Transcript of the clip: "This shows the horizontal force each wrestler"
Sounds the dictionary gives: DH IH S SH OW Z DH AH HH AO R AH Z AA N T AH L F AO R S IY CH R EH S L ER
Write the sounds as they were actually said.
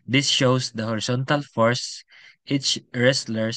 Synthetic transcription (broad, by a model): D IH S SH OW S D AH HH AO R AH S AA N T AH L F AO R S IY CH R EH S L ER